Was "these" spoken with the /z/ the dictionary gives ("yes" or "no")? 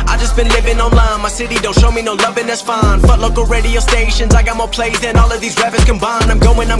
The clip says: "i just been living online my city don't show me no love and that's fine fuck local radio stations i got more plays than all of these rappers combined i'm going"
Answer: yes